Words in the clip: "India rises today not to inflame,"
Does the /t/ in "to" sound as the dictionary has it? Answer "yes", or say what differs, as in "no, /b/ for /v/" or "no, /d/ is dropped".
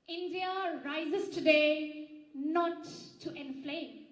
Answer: yes